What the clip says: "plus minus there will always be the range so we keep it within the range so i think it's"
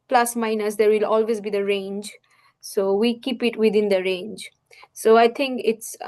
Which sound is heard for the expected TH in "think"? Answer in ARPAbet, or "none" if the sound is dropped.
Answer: T